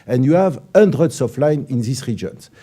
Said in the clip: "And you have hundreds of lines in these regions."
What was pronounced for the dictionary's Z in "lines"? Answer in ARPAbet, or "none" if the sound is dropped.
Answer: none